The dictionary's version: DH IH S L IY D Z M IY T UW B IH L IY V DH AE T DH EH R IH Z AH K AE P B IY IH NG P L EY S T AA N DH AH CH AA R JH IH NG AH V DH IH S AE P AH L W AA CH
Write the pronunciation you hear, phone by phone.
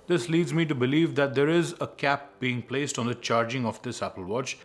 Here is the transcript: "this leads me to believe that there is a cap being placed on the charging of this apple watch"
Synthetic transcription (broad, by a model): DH IH S L IY D Z M IY T UW B IH L IY V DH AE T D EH R IH Z AH K AE P B IY IH NG P L EY S T AA N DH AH CH AA R JH IH NG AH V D IH S AE P AH L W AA CH